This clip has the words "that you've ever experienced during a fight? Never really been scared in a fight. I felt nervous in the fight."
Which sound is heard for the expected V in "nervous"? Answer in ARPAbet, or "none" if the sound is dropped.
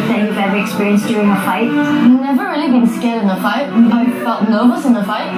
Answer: none